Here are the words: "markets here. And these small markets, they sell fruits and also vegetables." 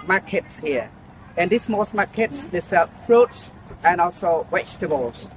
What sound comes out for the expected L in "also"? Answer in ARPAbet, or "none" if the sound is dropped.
L